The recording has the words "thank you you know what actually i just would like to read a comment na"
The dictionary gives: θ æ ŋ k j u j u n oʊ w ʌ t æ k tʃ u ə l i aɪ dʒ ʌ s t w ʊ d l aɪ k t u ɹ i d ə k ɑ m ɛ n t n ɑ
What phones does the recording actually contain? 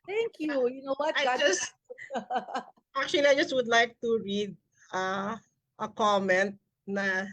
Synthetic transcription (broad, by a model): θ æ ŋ k j u j u n oʊ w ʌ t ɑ k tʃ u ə l i aɪ dʒ ʌ s t w ʊ d l aɪ k t u ɹ i d ə k ɑ m ɛ n t n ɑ